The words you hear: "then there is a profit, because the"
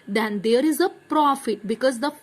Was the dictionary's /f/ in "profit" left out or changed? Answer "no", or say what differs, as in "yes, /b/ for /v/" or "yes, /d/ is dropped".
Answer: no